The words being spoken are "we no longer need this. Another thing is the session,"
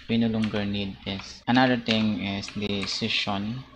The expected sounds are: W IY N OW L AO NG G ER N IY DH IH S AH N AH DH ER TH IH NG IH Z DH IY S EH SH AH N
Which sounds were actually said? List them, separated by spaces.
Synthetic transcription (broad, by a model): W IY N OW L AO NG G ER N IY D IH S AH N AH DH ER T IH NG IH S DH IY S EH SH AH N